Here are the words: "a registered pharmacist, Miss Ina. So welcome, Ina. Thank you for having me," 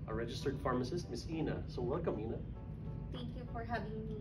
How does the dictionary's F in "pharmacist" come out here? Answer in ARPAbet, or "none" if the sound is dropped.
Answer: F